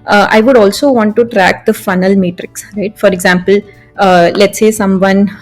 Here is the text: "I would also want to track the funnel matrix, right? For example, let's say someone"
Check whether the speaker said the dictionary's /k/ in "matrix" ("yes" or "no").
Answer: yes